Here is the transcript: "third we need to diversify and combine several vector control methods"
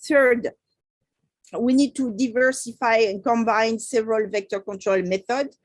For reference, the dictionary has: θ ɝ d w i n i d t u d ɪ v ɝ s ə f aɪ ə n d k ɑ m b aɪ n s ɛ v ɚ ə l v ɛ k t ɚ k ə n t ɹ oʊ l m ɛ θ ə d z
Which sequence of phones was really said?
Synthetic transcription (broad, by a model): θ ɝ d w i n i d t u d ɪ v ɝ s ə f aɪ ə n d k ɑ m b aɪ n s ɛ v ɚ ə l v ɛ k t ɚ k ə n t ɹ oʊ l m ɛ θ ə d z